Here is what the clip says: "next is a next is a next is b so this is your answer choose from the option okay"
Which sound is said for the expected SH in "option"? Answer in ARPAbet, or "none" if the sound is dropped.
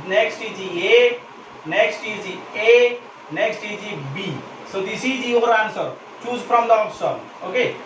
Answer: S